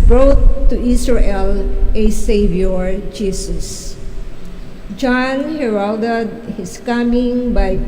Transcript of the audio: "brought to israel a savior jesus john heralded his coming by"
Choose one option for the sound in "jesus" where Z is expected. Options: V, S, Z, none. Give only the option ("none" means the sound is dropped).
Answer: S